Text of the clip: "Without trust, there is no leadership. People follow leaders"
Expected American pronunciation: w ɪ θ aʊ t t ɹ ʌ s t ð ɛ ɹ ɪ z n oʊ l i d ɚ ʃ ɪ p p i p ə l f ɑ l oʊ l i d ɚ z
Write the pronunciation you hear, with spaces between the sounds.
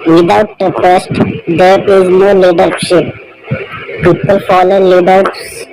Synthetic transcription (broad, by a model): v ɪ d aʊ t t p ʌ s t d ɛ ɹ ɪ z n oʊ l i d ɚ ʃ ɪ p p i p ə l f ɑ l oʊ l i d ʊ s